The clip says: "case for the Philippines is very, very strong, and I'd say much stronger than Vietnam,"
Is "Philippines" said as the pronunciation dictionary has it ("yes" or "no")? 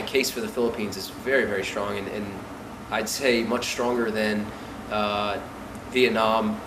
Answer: yes